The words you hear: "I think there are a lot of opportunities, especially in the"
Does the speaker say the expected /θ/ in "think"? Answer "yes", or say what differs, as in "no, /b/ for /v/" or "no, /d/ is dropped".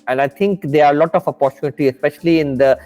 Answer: no, /t/ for /θ/